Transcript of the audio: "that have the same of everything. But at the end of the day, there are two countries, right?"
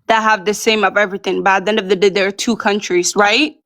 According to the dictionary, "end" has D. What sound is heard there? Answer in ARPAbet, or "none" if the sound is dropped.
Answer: none